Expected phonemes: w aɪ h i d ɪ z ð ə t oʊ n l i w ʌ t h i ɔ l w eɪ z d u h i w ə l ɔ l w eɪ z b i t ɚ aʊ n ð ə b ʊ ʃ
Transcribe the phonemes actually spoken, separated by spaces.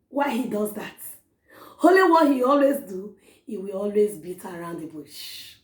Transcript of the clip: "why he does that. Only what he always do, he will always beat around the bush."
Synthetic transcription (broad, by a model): w aɪ h i d ɪ z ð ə t oʊ l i w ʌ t h i ɔ l w eɪ z d u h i w ə l ɔ l w eɪ z b i t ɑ aʊ n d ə b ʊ ʃ